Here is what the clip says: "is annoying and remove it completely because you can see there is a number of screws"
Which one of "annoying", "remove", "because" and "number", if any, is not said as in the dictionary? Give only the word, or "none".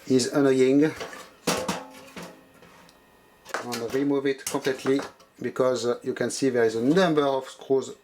none